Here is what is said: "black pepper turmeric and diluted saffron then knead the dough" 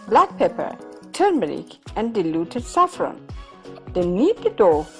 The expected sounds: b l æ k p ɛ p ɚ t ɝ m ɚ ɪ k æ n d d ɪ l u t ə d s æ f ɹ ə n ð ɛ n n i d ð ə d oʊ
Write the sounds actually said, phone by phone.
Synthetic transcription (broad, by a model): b l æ k p ɛ p ɚ t ɝ m ɚ ɪ k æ n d d ɪ l u t ə d s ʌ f ɹ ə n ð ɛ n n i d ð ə d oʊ